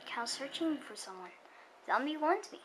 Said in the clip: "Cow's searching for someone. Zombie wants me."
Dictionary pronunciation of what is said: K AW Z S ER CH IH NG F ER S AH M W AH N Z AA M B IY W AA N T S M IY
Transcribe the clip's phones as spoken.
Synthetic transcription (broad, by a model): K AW S ER CH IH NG F ER S AH M W AH N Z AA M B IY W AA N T M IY